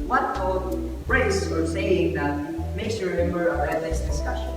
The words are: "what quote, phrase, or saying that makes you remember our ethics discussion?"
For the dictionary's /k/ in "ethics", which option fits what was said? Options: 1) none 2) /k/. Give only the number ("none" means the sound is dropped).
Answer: 1